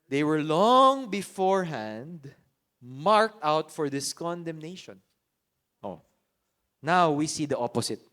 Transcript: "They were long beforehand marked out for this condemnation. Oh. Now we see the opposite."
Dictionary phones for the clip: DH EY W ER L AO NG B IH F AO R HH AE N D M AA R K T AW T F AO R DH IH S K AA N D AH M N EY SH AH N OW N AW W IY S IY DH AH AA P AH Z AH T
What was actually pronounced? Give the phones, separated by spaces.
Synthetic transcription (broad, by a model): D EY W ER L AO NG B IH F AO R HH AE N D M AA R K T AW T F AO R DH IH S K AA N D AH M N EY SH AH N OW N AW W IY S IY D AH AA P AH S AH T